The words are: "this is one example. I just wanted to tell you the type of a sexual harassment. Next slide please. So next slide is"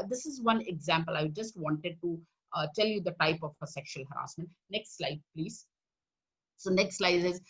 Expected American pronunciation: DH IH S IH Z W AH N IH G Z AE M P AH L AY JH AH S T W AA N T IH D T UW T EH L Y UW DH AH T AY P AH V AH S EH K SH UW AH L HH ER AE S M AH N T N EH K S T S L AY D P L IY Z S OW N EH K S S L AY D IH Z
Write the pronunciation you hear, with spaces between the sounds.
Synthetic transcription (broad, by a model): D IH S IH Z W AH N IH G Z AE M P AH L AY JH AH S T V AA N T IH D T UW T EH L Y UW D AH T AY P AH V AH S EH K SH UW AH L HH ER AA S M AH N T N EH K S T S L AY D P L IY Z S OW N EH K S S L AY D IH Z